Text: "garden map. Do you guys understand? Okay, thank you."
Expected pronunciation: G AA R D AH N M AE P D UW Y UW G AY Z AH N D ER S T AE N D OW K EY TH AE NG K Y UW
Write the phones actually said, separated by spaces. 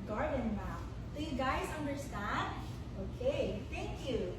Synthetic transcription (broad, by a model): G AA R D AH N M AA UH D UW Y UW G AY Z AH N D ER S T AE N D OW K EY TH AE NG K Y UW